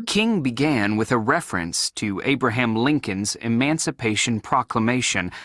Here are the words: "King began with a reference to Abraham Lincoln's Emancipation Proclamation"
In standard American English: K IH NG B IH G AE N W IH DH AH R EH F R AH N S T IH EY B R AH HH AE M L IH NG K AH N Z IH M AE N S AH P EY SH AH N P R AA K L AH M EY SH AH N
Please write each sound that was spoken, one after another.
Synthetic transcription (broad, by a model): K IH NG B IH G AE N W IH DH AH R EH F R AH N S T IH EY B R AH HH AE M L IH NG K AH N Z IH M AE N S AH P EY SH AH N P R AA K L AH M EY SH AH N